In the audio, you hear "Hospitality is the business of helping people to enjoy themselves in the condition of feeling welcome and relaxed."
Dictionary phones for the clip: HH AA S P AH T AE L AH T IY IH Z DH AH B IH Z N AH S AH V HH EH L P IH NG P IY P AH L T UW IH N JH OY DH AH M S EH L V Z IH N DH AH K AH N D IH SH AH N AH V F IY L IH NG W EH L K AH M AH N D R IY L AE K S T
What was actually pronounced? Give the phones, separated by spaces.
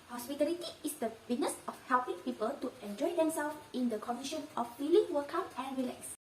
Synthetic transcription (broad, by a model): HH AA S P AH T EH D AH T IY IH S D AH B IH N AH S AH F HH EH L P IH NG P IY P AH L T UW IH N JH OY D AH M S EH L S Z IH N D AH K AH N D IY SH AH N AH F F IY L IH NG W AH K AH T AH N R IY L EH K S